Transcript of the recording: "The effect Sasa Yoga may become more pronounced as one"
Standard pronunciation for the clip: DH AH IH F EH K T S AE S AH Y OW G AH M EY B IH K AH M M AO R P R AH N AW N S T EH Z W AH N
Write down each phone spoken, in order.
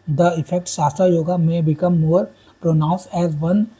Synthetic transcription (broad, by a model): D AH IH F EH K T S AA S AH Y OW G AH M EY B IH K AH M M AO R P R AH N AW N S EH Z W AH N